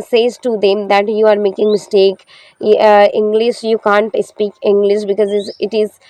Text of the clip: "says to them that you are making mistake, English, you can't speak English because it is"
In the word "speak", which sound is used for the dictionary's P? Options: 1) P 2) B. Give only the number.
1